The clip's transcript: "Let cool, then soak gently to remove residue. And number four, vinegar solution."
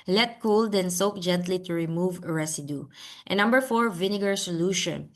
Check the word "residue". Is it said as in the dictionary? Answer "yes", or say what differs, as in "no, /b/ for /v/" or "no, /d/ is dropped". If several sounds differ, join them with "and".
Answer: no, /s/ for /z/